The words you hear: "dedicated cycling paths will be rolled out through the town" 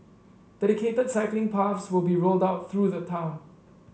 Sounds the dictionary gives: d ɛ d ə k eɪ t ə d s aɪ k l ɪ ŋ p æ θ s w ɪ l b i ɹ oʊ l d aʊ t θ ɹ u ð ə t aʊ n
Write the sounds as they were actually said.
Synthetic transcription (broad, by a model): d ɛ d ə k eɪ t ə d s aɪ k l ɪ ŋ p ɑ f s w ɪ l b i ɹ oʊ l d aʊ t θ ɹ u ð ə t aʊ n